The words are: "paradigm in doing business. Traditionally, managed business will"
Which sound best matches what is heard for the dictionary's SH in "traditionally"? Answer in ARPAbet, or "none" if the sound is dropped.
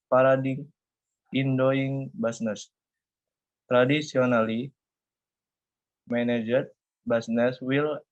S